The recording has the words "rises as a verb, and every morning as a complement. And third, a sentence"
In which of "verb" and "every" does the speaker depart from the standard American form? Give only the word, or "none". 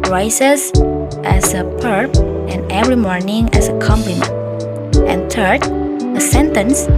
verb